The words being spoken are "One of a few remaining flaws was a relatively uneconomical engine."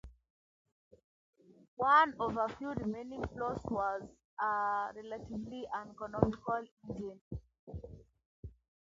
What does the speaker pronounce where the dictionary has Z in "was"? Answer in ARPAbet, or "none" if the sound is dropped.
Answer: Z